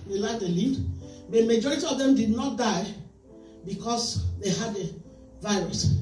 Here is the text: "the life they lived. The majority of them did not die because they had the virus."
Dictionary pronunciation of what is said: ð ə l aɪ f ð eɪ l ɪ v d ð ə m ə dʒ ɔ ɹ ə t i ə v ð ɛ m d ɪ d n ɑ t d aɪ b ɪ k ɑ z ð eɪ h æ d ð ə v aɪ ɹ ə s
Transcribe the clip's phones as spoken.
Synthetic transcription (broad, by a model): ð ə l aɪ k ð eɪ l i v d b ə m ə dʒ ɔ ɹ ə t i ə v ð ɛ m d ɪ d n ɑ t d aɪ b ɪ k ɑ s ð eɪ h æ d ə v aɪ ɹ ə s